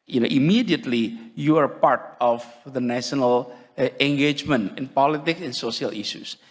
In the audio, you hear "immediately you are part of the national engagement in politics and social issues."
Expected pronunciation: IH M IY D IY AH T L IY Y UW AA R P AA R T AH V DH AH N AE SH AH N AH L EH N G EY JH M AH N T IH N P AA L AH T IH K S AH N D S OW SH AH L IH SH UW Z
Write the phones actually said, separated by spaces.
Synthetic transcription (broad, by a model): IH M IY D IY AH T L IY Y UW AA R P AA R T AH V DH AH N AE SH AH N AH L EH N G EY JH M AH N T IH N P AA L AH T IH K S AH N S OW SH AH L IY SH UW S